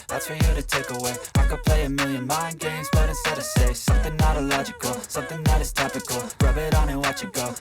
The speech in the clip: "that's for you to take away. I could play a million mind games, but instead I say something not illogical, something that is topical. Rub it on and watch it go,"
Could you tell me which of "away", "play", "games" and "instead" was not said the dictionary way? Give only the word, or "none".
instead